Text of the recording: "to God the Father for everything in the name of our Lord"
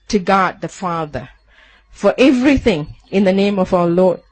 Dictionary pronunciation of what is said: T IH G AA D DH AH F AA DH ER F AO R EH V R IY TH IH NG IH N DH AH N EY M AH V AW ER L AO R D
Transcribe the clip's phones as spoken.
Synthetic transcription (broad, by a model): T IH G AA D DH AH F AA DH ER F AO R EH V R IY TH IH NG IH N DH AH N EY M AH V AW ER L AO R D